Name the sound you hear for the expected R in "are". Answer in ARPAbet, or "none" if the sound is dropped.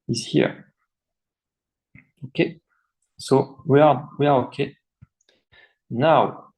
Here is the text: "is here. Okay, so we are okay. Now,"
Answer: W